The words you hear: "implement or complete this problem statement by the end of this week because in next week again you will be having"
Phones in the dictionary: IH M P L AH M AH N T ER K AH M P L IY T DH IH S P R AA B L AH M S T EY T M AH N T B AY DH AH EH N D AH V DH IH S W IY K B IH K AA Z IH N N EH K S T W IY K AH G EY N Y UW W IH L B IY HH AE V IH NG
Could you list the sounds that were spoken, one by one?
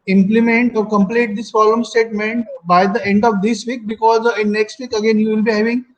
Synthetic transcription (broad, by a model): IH M P L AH M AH N T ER K AH M P L IY T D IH S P R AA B L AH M S T EY T M AH N T B AY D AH EH N D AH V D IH S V IY K B IH K AA Z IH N N EH K S T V IY K AH G EY N Y UW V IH L B IY HH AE V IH NG